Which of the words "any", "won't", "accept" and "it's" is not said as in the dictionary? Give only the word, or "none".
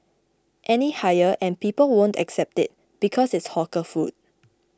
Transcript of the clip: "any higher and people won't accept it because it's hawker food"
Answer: none